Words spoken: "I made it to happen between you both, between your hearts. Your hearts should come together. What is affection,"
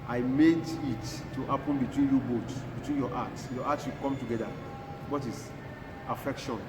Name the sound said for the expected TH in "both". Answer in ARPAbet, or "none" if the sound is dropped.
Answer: S